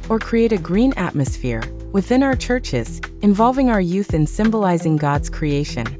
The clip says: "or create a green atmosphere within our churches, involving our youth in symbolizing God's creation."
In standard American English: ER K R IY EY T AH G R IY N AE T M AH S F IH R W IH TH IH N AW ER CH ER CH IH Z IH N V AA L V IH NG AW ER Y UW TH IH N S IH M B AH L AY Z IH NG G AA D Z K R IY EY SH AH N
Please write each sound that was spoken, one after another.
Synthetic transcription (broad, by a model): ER K R IY EY T AH G R IY N AE T M AH S F IH R W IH TH IH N AW ER CH ER CH IH Z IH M V AA L V IH NG AW ER Y UW TH IH N S IH M B AH L AY Z IH NG G AA D Z K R IY EY SH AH N